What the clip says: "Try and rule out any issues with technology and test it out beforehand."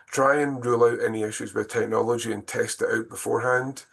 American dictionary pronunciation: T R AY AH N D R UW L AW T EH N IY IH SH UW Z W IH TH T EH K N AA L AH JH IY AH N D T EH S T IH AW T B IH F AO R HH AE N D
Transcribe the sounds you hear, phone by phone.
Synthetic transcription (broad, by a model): T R AY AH N R UW L AW T EH N IY IH SH UW Z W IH T EH K N AA L AH JH IY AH N T EH S T IH AW T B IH F AO R HH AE N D